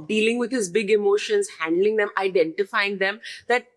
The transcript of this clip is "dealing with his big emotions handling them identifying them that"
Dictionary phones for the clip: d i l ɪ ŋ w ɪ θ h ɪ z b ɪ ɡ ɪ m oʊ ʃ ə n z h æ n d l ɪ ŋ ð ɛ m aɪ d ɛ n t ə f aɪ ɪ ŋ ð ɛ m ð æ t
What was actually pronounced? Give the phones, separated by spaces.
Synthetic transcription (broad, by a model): d i l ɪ ŋ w ɪ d h ɪ z b ɪ ɡ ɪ m oʊ ʃ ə n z h æ n d l ɪ ŋ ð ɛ m aɪ d ɛ n t ə f aɪ ɪ ŋ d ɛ m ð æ t